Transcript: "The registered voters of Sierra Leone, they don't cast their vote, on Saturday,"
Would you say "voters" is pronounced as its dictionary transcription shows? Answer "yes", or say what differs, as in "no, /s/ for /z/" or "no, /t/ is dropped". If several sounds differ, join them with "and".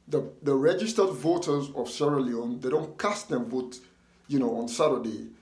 yes